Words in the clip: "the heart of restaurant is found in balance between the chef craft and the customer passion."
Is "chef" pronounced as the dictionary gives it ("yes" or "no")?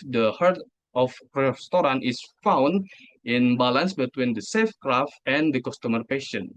no